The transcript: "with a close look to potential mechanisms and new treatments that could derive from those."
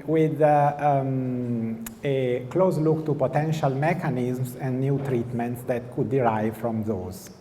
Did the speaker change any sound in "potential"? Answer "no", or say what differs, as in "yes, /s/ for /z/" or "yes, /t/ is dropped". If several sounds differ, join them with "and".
no